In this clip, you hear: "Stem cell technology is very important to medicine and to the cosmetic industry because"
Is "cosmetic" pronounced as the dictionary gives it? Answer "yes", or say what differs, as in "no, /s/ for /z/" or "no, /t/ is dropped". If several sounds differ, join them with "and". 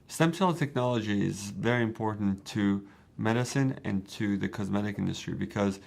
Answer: yes